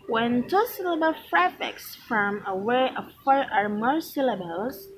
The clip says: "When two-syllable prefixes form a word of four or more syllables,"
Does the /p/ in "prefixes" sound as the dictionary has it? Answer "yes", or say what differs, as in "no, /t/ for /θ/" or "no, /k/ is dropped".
no, /f/ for /p/